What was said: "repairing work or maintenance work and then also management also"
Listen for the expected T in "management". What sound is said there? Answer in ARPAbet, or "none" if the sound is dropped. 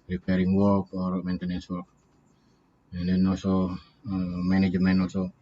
none